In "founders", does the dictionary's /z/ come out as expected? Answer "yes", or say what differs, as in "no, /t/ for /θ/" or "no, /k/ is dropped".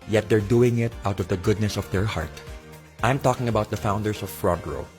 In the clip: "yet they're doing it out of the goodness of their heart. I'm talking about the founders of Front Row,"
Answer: no, /s/ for /z/